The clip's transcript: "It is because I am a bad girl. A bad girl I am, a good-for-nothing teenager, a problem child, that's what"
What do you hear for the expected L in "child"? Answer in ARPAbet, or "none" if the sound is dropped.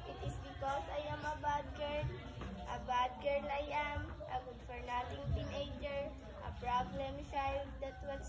none